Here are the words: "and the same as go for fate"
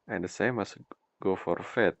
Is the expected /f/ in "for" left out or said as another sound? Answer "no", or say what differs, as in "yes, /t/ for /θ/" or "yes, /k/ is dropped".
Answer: no